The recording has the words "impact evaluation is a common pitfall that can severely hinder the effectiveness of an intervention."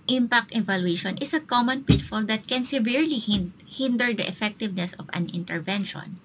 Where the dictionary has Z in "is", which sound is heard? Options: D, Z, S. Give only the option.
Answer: S